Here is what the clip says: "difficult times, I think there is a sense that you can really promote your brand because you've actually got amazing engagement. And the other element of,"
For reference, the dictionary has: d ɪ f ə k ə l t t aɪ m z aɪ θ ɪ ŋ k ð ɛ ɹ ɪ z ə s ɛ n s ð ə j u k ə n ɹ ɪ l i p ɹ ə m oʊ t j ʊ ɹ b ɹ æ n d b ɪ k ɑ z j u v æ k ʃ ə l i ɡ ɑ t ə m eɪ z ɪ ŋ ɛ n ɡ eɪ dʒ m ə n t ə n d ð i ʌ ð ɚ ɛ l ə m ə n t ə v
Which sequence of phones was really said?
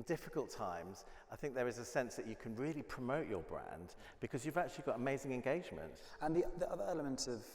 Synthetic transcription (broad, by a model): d ɪ f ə k ə l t t aɪ m z aɪ θ ɪ ŋ k ð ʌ ɹ ɪ z ə s ɛ n s ð ə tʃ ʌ k ə n ɹ ɪ l i p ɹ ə m oʊ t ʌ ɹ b ɹ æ n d b ɪ k ɑ z j u v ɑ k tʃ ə l i ɡ ɑ t ə m eɪ z ɪ ŋ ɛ n ɡ eɪ dʒ m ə n t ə n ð ð i ʌ ð ɚ ɛ l ə m ə n t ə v